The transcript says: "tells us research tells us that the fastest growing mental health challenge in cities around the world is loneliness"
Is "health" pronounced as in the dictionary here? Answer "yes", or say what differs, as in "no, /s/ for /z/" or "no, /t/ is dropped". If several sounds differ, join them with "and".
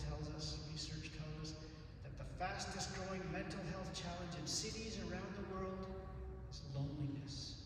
yes